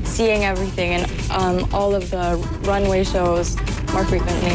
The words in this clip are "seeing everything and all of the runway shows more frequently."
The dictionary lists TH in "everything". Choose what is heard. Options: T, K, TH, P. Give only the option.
TH